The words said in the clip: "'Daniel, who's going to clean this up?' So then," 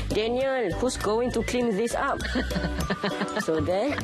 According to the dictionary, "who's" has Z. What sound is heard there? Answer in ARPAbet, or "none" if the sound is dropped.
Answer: S